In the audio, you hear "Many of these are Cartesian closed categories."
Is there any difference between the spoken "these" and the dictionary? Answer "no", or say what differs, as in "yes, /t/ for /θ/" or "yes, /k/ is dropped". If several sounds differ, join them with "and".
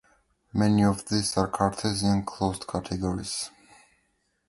yes, /s/ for /z/